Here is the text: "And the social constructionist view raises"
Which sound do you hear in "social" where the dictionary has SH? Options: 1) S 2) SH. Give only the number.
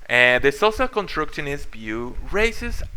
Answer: 1